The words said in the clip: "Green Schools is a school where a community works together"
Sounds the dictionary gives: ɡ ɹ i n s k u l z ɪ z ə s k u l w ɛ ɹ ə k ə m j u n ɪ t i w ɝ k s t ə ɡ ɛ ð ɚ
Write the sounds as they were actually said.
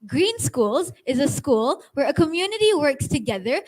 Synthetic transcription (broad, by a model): ɡ ɹ i n s k u l z ɪ z ə s k u l w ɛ ɹ ə k ə m j u n ɪ t i w ɝ k s t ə ɡ ɛ ð ɚ